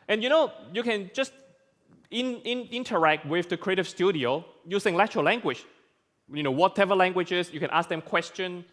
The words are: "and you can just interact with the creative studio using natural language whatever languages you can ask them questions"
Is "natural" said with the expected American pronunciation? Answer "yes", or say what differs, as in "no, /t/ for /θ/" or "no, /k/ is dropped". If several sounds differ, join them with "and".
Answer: no, /l/ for /n/